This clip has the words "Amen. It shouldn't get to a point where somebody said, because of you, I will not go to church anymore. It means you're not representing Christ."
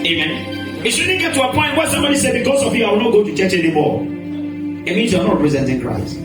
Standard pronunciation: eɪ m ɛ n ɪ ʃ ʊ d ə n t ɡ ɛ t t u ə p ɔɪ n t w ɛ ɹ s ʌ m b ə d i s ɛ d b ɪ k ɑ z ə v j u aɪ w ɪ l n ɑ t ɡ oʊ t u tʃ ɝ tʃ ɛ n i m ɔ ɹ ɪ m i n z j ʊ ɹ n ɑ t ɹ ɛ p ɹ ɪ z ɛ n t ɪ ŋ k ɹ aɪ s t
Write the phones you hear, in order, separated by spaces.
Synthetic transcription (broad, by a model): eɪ m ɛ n ɪ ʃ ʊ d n ɡ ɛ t t u ə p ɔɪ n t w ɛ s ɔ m ə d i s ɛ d b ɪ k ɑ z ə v j u aɪ w ɪ l n ɑ t ɡ oʊ t u tʃ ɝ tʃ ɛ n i m ɔ ɪ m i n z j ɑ n ɑ t ɹ ɛ p ɹ ɪ z ɛ n t ɪ ŋ k ɹ aɪ s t